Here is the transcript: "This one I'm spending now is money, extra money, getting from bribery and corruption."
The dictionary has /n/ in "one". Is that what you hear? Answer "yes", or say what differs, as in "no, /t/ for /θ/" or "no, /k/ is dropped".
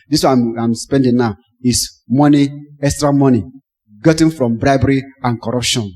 no, /n/ is dropped